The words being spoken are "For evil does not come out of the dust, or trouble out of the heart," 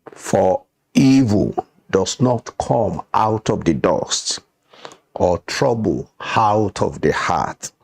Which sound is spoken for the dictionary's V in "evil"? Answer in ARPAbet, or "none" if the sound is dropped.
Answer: V